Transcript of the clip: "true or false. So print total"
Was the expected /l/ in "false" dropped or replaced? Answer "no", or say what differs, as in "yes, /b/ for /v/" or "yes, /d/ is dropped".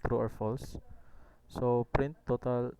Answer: no